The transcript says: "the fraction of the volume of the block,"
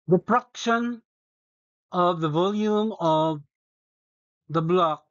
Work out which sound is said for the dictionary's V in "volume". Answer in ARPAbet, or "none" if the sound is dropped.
V